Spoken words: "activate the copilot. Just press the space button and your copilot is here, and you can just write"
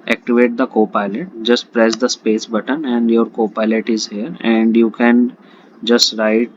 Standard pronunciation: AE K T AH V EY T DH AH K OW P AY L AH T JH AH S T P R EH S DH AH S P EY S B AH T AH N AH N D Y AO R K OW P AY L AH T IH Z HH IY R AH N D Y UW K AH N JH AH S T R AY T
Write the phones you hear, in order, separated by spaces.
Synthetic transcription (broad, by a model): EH K T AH V EY T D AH K OW P AY L AH T JH AH S T P R EH S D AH S P EY S B AH T AH N AH N D Y AO R K OW P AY L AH T IH Z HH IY R AH N D Y UW K AH N JH AH S T R AY T